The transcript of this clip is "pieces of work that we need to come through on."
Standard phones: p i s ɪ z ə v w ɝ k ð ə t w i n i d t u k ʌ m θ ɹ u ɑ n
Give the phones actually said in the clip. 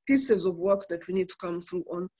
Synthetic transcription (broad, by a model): p i s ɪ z ə v w ɝ k ð ə t w i n i d t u k ʌ m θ ɹ u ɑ n